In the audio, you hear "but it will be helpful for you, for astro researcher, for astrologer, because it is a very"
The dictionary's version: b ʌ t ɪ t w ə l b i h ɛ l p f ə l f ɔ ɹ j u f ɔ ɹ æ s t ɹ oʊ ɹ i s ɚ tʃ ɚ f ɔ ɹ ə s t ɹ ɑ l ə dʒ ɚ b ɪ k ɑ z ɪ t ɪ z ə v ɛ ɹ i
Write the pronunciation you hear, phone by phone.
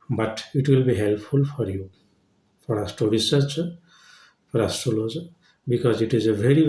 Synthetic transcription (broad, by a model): b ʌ t ɪ t w ə l b i h ɛ l p f ə l f ɔ ɹ j u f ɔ ɹ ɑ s t oʊ ɹ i s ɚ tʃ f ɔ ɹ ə s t ɑ l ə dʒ b ɪ k ɑ z ɪ t ɪ z ə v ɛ ɹ i